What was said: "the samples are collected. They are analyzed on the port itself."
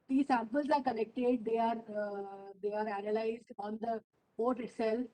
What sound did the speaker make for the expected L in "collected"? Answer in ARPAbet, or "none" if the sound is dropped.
N